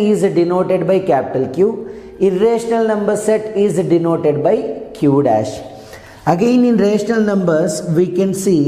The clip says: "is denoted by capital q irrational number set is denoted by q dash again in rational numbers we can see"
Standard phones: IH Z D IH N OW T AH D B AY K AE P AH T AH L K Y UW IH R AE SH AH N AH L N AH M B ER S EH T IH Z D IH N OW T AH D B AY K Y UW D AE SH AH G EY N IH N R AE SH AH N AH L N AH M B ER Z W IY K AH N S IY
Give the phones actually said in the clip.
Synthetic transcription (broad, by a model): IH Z D IH N OW T AH D B AY K AE P AH T AH L K Y UW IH R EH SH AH N AH L N AH M B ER S EH T IH Z D IH N OW T AH D B AY K Y UW D AE SH AH G EY N IH N R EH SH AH N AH L N AH M B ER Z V IY K AH N S IY